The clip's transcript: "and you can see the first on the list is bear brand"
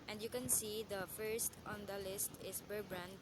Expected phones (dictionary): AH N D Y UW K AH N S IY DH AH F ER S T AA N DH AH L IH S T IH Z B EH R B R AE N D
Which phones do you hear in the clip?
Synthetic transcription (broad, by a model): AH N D Y UW K AH N S IY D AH F ER S T AA N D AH L IH S T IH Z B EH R B R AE N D